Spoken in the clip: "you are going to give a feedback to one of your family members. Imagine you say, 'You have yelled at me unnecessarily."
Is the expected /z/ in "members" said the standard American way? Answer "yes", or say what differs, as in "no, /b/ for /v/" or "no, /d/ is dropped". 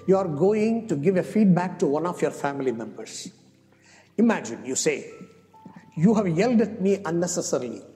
no, /s/ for /z/